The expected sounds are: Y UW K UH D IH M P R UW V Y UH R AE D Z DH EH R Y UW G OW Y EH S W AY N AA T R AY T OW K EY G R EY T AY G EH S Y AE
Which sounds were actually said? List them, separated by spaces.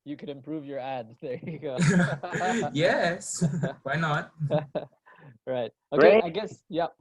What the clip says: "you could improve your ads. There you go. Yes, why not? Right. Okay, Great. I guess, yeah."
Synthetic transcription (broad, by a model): Y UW K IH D IH M P R UW V Y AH R AE D Z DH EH R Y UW G OW Y EH S W AY N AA T R AY T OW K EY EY AY G EH S Y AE